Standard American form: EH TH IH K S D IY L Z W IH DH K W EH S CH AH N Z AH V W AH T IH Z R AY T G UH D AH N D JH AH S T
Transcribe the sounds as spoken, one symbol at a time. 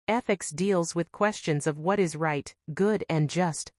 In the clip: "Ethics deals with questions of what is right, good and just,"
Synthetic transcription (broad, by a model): EH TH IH K S D IY L Z W IH DH K W EH S CH AH N Z AH V W AH T IH Z R AY T G UH D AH N JH AH S T